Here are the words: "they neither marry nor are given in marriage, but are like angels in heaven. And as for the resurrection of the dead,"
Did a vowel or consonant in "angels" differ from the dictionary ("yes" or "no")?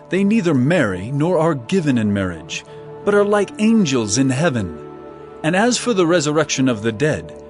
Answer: no